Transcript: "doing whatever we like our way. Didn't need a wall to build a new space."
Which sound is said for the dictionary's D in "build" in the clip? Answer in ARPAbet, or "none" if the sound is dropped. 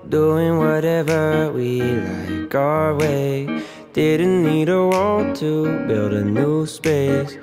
D